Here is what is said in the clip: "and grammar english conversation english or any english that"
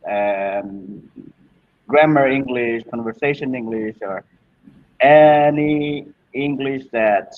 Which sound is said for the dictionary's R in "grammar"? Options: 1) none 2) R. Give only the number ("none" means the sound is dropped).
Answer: 2